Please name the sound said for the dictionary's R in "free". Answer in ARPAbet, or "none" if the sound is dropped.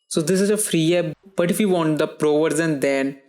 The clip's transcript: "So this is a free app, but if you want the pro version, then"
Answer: R